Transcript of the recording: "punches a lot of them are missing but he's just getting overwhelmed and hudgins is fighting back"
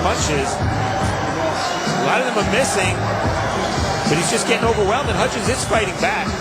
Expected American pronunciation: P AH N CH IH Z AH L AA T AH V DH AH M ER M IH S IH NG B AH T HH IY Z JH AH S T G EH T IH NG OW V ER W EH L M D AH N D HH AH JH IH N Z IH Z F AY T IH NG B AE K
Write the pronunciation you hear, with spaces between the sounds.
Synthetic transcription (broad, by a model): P AH N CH IH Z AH L AA T AH V DH AH M ER M IH S IH NG B AH T HH IY Z JH AH S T G EH T IH NG OW V ER W EH L M AH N HH AH CH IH Z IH S F AY T IH NG B AE K